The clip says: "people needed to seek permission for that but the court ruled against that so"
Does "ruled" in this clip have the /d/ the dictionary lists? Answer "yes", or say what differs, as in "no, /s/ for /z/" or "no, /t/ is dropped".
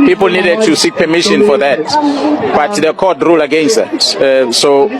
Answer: no, /d/ is dropped